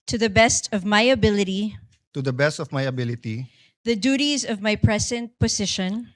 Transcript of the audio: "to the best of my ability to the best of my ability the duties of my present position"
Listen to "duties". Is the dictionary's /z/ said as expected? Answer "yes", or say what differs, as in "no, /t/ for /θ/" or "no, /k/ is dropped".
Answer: yes